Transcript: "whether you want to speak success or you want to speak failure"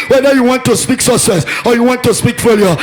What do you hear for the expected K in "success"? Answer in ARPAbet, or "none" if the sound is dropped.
none